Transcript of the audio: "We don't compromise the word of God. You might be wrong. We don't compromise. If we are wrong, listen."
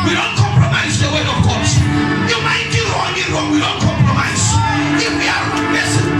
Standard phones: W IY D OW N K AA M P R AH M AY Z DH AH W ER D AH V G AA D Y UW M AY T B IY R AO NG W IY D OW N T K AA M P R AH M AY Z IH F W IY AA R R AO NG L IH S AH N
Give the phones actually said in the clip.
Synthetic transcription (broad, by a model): W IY D OW N K AA M P R AH M AY Z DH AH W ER AH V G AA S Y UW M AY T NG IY R AO NG W IY D OW N T K AA M P R AH M AY Z IH F W IY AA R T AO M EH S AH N